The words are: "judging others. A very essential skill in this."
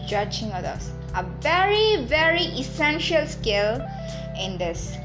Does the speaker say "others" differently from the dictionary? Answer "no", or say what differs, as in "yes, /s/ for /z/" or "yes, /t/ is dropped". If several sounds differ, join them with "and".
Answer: yes, /z/ is dropped